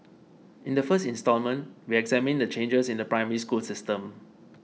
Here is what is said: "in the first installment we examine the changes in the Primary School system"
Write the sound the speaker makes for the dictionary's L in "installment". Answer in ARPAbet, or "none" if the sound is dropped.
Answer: L